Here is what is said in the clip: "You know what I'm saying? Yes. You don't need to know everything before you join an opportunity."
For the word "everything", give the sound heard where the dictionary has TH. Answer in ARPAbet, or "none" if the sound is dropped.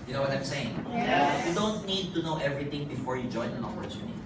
T